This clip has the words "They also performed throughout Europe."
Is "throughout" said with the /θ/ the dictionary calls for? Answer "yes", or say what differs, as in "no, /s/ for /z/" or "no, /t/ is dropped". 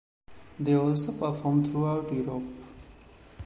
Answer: no, /t/ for /θ/